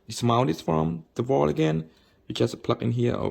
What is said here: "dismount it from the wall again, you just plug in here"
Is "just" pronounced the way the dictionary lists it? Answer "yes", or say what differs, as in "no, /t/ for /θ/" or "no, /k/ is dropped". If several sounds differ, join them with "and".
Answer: no, /tʃ/ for /dʒ/